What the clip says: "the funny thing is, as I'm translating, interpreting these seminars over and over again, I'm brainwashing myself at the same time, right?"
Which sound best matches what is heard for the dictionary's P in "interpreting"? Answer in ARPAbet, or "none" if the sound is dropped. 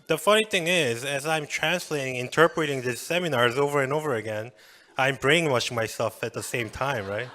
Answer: P